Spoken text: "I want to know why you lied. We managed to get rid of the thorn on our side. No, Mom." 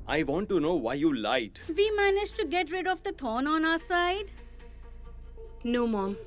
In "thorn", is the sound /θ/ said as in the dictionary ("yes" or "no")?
no